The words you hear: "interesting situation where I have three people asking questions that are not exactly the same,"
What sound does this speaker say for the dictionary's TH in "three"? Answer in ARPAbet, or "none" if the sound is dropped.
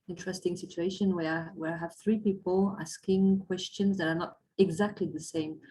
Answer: TH